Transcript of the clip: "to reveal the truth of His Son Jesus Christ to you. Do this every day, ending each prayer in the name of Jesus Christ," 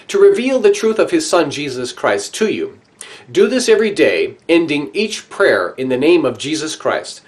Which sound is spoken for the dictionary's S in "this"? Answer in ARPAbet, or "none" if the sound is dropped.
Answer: S